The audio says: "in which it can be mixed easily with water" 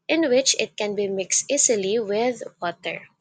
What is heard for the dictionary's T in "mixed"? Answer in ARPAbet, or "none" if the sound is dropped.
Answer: T